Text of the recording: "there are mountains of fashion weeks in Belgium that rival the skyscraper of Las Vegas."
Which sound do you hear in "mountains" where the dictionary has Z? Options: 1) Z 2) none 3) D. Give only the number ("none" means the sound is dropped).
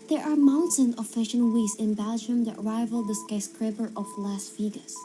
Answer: 2